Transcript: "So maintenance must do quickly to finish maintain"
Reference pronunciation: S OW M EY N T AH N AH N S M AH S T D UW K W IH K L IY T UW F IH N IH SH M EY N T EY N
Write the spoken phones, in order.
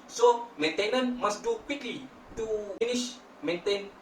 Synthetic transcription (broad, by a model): S OW M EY N T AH N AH N M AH S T D UW K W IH K L IY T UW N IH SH M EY N T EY N